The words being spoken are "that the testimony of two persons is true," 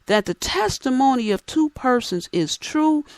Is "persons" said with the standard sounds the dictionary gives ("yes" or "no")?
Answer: yes